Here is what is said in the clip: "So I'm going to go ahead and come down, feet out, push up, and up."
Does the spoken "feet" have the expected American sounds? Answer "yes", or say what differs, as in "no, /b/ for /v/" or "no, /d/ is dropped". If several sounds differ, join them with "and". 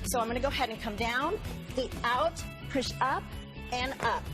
no, /t/ is dropped